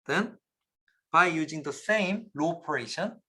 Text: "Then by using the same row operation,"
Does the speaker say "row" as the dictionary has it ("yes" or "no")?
no